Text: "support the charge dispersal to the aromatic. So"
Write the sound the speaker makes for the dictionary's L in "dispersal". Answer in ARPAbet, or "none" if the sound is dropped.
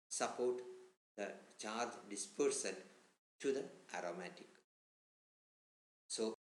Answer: N